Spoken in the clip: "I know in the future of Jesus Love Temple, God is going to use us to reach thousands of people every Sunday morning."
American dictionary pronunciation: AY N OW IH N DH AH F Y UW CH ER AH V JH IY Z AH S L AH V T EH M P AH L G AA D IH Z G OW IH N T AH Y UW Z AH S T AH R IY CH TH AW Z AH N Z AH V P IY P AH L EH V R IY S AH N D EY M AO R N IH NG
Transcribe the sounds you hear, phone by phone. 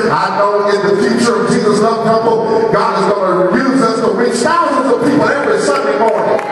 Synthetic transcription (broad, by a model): AY N OW IH N DH AH F Y UW CH ER AH V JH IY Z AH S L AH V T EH P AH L G AA D IH Z G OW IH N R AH Y UW Z AH S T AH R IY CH TH AW Z AH N Z AH V P IY P L EH V R IY S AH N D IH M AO R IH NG